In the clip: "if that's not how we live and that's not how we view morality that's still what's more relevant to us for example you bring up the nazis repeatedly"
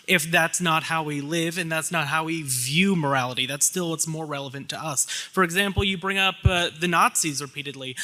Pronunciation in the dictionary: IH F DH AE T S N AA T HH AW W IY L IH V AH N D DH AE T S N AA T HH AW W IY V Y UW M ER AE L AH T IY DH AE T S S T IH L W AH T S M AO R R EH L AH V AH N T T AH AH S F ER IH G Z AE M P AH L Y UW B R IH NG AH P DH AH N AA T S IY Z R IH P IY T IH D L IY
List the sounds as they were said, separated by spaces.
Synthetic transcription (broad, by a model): IH F DH AE T S N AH T HH AW W IY L IH V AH N DH AE T S N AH T HH AW W IY V Y UW M ER AE L AH T IY DH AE T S S T IH L W AH T S M AO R R EH L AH V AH N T T AH AH S F ER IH G Z AE M P L Y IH B R IH NG AH P DH AH N AA T S IY Z R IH P IY T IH D L IY